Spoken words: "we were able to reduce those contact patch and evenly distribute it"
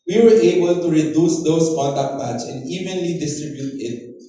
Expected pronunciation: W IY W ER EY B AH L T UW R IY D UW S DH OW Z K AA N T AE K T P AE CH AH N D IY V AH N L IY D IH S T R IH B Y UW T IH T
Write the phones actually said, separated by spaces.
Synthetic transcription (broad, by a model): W IY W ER EY B AH L T UW R IY D UW S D OW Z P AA T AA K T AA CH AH N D IY V AH N L IY D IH S T R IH B Y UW T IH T